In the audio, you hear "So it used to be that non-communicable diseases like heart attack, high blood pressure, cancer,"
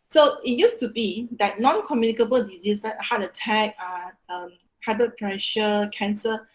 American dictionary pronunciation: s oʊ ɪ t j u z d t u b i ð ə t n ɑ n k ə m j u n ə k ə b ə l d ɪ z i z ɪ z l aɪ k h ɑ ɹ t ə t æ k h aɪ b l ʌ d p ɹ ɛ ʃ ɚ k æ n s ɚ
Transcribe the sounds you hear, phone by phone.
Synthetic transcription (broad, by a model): s oʊ ɪ t j u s t u b i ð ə t n ɑ n k ə m j u n ə k ə b ə l d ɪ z i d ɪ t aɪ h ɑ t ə t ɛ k h aɪ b ʌ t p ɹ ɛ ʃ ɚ k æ n s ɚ